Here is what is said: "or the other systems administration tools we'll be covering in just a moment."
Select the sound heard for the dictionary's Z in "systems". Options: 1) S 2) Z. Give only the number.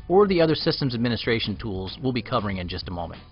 2